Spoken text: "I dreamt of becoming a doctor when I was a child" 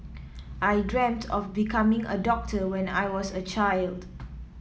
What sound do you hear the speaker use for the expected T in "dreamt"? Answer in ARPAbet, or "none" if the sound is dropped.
T